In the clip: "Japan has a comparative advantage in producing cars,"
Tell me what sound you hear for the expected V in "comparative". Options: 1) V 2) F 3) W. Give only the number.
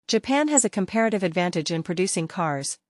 1